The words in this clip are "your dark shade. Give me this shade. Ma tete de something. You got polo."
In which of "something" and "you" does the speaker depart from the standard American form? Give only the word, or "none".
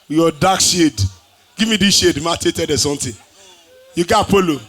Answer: something